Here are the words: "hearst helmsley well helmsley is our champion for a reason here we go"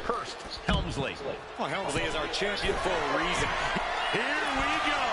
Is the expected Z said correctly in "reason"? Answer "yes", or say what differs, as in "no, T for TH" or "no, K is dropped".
yes